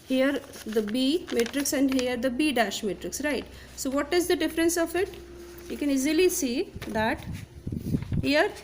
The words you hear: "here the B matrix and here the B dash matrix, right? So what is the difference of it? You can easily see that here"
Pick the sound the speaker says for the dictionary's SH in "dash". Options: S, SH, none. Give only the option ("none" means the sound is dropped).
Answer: SH